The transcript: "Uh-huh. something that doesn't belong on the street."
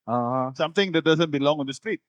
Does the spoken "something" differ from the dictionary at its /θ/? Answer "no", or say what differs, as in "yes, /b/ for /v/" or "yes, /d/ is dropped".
yes, /t/ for /θ/